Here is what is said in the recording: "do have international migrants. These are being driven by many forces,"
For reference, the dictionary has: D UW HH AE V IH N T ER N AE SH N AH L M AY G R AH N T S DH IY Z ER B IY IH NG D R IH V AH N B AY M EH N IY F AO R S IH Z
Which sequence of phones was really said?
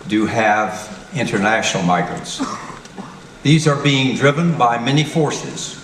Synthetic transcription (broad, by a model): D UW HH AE V IH N T ER N AE SH N L M AY G R AH N T S DH IY Z ER B IY IH NG D R IH V AH N B AY M EH N IY F AO R S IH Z